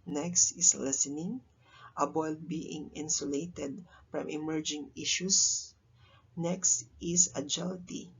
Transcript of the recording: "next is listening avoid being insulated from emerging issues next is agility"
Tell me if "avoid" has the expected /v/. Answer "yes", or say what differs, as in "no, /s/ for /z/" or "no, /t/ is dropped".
no, /b/ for /v/